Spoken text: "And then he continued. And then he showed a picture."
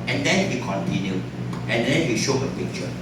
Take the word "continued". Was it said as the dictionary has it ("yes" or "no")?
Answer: no